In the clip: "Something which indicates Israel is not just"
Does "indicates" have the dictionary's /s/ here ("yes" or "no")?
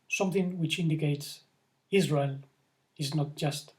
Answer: yes